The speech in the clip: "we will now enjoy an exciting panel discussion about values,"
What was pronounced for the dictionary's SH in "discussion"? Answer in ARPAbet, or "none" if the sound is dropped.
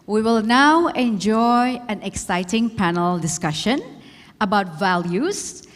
SH